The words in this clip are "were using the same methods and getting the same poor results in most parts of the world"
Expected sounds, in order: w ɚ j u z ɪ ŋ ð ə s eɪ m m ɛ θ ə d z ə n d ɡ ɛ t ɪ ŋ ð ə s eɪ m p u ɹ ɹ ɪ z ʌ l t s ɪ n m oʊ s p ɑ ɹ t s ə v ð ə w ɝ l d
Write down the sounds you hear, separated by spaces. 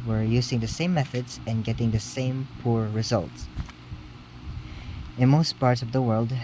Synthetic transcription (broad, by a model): w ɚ j u z ɪ ŋ ð ə s eɪ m m ɛ θ ə d z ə n ɡ ɛ t ɪ ŋ ð ə s eɪ m p u ɹ ɹ ɪ z ʌ l t s ɪ n m oʊ s p ɑ ɹ t s ə v ð ə w ɝ l d